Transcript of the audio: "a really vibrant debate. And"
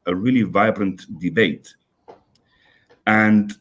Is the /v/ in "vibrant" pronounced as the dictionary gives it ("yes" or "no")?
yes